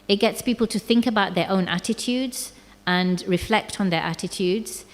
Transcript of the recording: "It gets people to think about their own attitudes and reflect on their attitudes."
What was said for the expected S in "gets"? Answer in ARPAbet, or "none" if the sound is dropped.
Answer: S